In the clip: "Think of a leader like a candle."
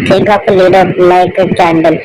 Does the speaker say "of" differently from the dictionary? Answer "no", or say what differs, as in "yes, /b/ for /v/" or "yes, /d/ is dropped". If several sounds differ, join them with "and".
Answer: yes, /p/ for /v/